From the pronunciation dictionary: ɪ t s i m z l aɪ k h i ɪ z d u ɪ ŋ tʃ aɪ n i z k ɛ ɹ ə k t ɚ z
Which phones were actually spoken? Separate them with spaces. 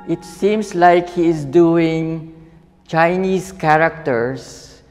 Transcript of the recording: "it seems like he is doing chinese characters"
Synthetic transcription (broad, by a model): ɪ t s i m s l aɪ k h i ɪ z d u ɪ ŋ tʃ aɪ n i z k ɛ ɹ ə k t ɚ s